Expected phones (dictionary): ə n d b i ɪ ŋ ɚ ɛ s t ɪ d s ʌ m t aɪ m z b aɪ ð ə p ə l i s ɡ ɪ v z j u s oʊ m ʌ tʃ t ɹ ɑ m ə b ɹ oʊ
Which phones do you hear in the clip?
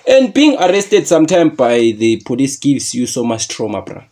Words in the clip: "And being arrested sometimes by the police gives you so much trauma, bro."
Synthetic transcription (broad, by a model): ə n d b i ŋ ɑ ɛ s t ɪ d s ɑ m t aɪ m b aɪ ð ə p ə l i s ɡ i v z j u s oʊ m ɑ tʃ t ɹ ɑ m ə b ɹ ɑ